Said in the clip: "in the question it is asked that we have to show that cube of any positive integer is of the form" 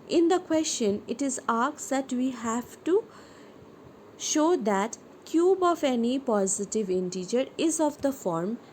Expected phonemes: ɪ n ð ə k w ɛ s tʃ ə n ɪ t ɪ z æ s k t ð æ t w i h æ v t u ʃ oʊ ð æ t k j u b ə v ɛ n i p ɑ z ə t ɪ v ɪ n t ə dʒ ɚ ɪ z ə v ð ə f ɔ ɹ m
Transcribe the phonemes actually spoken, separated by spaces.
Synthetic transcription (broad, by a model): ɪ n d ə k w ɛ s tʃ ə n ɪ t ɪ z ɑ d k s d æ t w i h æ v t u ʃ oʊ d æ t k j u b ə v ɛ n i p ɑ z ə t ɪ v ɪ n t ə dʒ ɚ ɪ z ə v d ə f ɔ ɹ m